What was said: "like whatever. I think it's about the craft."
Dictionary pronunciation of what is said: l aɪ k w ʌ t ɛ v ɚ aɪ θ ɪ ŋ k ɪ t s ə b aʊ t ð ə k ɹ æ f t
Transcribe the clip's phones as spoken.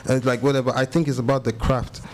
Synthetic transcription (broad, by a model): l aɪ k w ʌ t ɛ v ɚ aɪ θ ɪ ŋ k ɪ t s ə b aʊ t ð ə k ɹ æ f t